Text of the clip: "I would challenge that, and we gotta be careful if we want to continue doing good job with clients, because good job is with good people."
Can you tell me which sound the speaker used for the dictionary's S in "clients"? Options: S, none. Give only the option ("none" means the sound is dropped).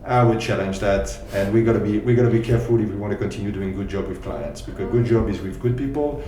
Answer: S